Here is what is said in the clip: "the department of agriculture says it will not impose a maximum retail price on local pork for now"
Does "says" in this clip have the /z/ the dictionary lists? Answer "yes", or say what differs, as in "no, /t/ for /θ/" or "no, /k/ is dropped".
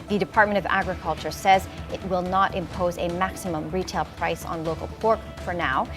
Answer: yes